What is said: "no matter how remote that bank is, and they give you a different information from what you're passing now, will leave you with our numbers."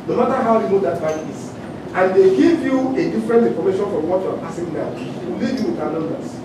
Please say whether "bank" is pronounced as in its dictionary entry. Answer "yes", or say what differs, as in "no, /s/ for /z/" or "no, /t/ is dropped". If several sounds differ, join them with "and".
no, /ŋ/ is dropped